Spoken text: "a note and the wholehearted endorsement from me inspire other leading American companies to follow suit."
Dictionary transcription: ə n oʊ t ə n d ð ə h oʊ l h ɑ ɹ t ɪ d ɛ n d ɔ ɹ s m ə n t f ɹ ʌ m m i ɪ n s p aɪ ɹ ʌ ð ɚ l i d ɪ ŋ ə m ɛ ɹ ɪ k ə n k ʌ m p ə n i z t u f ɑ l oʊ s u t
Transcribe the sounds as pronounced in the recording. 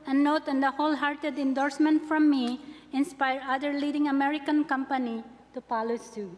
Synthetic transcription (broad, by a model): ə n oʊ t ə n d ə h oʊ l h ɑ ɹ t ɪ d ɛ n d ɔ ɹ s m ə n t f ɹ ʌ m m i ɪ n s p aɪ ɹ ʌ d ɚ l i d ɪ ŋ ə m ɛ ɹ ɪ k ə n k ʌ m p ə n i t u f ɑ l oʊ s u